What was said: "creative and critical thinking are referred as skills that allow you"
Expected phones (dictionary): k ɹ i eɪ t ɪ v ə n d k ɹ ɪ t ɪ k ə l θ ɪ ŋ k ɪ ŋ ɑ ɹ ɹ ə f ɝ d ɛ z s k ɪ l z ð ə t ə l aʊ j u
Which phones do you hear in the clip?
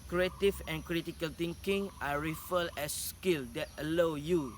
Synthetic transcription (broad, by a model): k ɹ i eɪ t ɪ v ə n k ɹ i t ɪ k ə l t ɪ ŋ k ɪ ŋ ɑ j ɹ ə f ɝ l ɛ s k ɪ l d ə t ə l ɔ j u